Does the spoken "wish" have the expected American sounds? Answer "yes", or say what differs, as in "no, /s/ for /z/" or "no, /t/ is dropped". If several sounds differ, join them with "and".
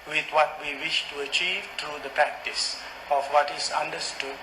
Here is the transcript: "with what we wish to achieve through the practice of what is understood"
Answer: yes